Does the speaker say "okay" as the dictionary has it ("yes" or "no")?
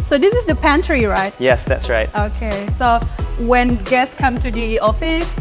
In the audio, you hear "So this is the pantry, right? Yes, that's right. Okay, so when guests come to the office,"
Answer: yes